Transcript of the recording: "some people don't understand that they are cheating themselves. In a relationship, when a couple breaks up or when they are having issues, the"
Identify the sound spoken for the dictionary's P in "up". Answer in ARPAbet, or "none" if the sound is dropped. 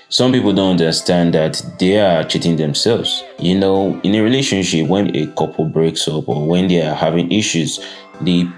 P